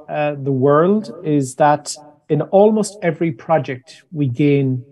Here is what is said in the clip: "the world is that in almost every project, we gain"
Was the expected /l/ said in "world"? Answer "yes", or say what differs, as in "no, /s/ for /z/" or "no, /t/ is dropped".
yes